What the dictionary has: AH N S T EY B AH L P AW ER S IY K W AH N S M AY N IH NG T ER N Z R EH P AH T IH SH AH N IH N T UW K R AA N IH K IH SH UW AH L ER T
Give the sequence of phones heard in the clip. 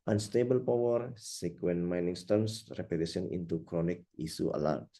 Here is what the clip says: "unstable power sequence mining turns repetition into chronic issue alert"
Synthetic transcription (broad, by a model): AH N S T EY B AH L P AW ER S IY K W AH N M AY N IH NG T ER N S R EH P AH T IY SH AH N IH N T UW K R AA N IH K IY S UW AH L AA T